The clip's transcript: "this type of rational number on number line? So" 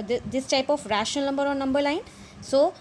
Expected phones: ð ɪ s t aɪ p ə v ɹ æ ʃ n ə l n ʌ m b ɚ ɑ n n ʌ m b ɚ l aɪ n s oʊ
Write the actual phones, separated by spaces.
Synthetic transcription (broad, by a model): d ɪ s t aɪ p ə f ɹ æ ʃ ə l n ʌ m b ɚ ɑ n n ʌ m b ɚ l aɪ n s oʊ